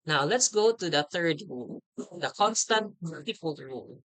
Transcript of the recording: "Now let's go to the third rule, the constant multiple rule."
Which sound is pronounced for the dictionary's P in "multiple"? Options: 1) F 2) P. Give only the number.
1